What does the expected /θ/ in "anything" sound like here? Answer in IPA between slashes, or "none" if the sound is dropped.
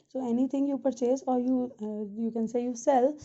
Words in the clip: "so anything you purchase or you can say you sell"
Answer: /t/